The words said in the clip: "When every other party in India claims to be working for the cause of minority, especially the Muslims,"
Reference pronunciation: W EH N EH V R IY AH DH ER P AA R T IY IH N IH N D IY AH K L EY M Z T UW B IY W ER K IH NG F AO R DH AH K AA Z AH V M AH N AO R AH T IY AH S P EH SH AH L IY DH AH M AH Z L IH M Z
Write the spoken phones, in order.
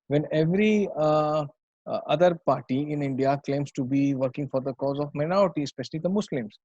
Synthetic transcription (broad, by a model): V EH N EH V R IY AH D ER P AA R T IY IH N IH N D IY AH K L EY M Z T UW B IY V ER K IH NG F AO R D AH K AA Z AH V M AH N AO R AH T IY AH S P EH SH AH L IY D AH M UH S L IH M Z